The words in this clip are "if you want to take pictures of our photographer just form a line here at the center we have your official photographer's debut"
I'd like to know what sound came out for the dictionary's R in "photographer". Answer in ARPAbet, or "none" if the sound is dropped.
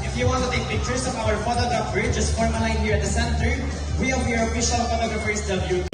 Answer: none